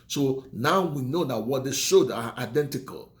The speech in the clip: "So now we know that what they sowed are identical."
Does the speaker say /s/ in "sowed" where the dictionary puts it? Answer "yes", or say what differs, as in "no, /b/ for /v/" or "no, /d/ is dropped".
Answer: no, /ʃ/ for /s/